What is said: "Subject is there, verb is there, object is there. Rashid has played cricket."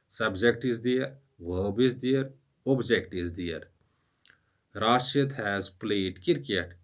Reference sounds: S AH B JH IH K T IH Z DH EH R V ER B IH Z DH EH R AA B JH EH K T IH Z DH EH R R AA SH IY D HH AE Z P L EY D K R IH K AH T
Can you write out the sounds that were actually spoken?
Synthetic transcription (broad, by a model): S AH B JH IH K T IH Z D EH R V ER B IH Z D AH R AA B JH EH K T IH Z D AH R R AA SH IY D HH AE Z P L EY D K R K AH T